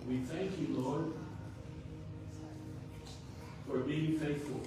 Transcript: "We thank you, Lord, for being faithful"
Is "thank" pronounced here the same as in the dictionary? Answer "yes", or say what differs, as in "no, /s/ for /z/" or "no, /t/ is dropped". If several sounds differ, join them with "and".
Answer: yes